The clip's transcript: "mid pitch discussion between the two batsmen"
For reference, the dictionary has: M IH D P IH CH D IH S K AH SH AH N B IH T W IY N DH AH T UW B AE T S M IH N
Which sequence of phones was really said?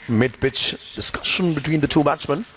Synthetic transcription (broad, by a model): M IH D B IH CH D IH S K AH SH AH N B IH T W IY N DH AH T UW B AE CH M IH N